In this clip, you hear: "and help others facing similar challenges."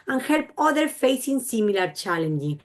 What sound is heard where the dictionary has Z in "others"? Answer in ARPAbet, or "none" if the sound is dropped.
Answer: none